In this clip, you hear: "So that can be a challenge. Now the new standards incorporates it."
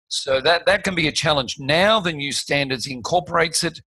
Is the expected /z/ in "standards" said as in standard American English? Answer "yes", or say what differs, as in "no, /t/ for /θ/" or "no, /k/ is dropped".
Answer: yes